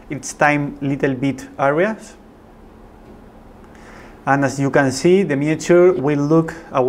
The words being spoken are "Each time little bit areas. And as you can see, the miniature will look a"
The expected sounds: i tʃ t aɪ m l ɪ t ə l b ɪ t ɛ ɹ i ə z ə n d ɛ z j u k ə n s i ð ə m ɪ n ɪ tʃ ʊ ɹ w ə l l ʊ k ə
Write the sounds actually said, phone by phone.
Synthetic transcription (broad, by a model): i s t aɪ m l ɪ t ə l b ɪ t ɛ ɹ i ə s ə n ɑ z j u k ə n s i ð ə m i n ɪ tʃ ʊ ɹ w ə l l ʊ k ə